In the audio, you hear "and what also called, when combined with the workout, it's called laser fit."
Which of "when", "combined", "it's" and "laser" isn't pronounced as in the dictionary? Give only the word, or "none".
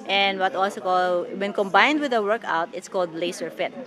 laser